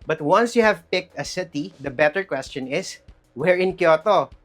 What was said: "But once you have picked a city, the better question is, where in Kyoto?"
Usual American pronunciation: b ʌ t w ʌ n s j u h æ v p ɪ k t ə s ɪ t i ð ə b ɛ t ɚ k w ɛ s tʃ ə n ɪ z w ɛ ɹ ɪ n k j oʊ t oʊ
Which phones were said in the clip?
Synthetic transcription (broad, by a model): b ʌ t w ʌ n s j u h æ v p ɪ k t ə s ɪ t i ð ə b ɛ t ɚ k w ɛ s tʃ ə n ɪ s w ɛ ɹ ɪ n k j oʊ t oʊ